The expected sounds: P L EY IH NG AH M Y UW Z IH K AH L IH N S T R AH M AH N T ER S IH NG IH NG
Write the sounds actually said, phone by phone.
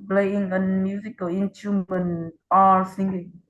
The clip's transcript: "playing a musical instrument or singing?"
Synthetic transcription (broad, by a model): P L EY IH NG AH M Y UW Z IH K AH L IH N T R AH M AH N ER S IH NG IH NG